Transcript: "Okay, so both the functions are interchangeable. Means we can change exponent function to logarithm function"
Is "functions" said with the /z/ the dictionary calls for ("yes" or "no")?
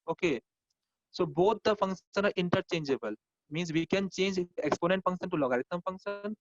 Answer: no